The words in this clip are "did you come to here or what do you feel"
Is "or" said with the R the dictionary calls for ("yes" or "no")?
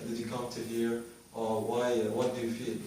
no